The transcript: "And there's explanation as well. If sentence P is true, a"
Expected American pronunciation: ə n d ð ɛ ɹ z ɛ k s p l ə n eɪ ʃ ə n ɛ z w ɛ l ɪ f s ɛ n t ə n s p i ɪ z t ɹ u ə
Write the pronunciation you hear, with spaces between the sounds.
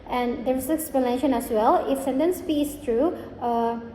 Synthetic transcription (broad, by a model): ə n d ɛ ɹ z ɛ k s p l ə n eɪ ʃ ə n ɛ s w ɛ l ɪ f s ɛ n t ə n s p i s t ɹ u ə